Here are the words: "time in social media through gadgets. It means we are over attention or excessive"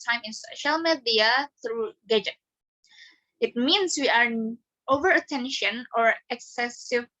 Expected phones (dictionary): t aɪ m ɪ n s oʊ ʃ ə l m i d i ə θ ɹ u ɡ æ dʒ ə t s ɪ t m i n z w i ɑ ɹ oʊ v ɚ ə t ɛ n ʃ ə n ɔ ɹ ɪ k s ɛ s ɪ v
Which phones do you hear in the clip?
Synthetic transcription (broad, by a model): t aɪ m ɪ n s oʊ ʃ ə l m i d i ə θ ɹ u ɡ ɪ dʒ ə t ɪ t m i n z w i ɑ ɹ oʊ v ɚ ə t ɛ n ʃ ə n ɔ ɹ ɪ k s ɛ s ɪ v